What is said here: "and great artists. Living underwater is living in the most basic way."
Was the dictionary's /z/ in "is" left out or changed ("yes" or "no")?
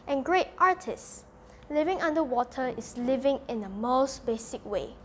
yes